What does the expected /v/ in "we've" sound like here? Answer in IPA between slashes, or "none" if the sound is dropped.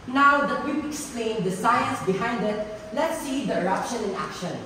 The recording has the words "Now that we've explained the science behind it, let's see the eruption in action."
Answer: /p/